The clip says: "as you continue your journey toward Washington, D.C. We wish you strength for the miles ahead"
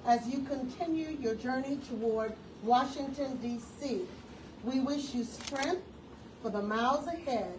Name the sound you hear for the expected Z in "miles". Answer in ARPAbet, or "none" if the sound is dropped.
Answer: Z